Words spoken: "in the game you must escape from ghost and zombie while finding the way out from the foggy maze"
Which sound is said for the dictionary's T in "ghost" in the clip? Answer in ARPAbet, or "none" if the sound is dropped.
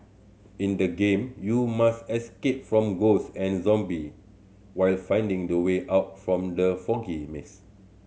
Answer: none